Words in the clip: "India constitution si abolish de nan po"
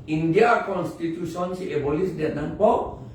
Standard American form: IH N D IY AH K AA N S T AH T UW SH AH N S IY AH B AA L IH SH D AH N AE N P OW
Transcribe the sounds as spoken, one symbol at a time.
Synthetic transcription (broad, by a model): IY N D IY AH K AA N S T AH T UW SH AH N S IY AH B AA L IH S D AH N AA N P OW